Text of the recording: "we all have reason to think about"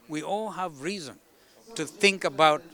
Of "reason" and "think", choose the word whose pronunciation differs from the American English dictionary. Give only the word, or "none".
none